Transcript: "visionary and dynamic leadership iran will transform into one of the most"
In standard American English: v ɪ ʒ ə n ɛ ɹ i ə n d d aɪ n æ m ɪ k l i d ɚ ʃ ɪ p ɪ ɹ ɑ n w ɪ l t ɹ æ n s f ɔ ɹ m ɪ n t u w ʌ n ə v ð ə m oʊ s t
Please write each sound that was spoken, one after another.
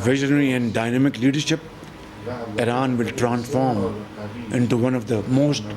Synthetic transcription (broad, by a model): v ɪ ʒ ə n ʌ ɹ i ə n d d aɪ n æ m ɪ k l i d ɚ ʃ ɪ p ɪ ɹ ɑ n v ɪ l t ɹ æ n s f ɔ ɹ m ɪ n t u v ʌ n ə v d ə m oʊ s t